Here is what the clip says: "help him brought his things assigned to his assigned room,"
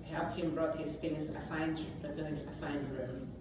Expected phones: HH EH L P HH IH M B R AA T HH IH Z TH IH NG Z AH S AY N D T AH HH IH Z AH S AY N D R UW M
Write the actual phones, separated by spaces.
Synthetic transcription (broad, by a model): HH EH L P HH IH M B R AA T HH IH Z F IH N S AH S AY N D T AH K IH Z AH S AY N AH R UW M